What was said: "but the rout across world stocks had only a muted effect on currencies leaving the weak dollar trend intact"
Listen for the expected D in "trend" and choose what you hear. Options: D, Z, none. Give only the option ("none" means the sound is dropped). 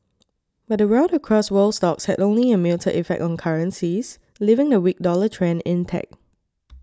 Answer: none